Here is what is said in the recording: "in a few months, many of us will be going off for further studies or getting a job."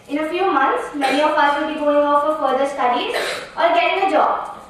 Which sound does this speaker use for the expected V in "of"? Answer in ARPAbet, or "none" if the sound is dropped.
P